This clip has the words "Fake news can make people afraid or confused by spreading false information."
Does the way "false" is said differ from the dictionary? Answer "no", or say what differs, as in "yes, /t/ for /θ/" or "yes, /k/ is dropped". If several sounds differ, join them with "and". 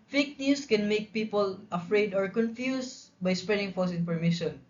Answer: yes, /l/ is dropped